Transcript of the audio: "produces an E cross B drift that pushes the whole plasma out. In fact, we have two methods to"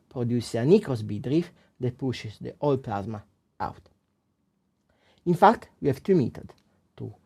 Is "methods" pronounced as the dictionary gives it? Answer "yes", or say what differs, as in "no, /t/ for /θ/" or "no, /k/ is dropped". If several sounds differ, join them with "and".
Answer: no, /t/ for /θ/ and /z/ is dropped